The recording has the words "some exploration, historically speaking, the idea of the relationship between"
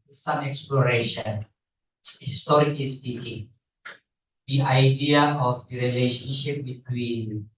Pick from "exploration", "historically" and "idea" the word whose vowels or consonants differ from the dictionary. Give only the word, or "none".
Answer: historically